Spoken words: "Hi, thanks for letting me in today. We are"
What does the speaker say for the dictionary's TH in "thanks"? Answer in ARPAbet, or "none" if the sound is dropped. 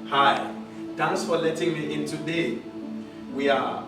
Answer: T